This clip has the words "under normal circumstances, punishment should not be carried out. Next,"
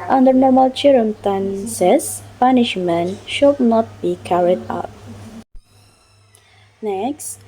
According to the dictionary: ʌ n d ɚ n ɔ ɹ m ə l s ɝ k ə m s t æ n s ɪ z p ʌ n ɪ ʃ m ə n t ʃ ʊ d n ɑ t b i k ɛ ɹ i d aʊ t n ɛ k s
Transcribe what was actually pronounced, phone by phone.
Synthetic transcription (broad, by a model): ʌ n d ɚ n ɔ ɹ m ə l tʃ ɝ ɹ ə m t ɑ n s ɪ s p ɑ n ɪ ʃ m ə n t ʃ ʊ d n ɑ t b i k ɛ ɹ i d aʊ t n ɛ k s